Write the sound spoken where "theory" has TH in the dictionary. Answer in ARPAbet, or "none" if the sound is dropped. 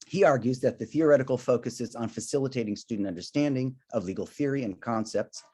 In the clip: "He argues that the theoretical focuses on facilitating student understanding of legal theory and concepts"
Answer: TH